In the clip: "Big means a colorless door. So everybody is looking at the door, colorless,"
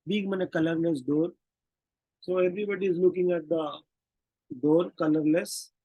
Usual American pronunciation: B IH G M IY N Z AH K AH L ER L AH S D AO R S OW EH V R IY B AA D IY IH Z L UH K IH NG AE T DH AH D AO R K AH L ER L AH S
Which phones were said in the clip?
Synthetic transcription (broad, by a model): B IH G M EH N AH K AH L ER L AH S D AO R S OW EH V R IY B AA D IY IH Z L UH K IH NG AE T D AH D AO R K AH L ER L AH S